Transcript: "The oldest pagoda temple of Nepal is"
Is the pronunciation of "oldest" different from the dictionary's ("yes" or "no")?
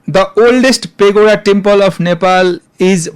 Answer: no